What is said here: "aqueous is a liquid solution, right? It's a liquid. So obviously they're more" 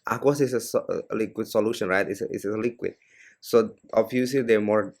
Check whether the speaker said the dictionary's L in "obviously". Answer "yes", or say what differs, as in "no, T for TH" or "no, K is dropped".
no, L is dropped